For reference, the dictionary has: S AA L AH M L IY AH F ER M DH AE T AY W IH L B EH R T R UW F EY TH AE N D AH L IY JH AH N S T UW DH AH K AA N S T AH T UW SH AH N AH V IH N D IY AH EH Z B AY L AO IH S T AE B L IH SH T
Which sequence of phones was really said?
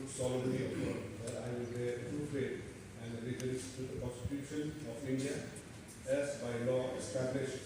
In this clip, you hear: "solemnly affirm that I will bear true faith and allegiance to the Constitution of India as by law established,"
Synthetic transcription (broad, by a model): S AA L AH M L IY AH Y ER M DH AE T AY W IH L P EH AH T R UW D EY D AE N D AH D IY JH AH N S T UW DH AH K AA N S T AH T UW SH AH N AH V IH N D IY AH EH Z B AY L AO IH S T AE B L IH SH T